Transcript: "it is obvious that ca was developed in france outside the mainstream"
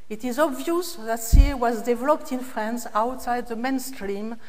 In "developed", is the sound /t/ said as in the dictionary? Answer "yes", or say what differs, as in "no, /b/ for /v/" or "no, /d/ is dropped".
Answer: yes